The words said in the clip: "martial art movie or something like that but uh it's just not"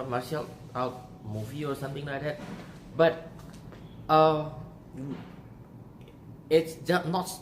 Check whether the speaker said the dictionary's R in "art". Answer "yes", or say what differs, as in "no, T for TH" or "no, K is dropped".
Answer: no, W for R